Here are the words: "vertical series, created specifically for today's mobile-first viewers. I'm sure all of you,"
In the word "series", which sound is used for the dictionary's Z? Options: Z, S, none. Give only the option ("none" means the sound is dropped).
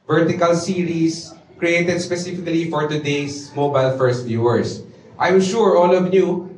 S